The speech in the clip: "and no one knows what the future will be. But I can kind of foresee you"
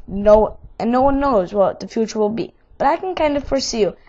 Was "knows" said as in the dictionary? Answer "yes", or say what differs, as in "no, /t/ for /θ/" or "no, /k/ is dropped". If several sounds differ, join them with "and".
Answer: yes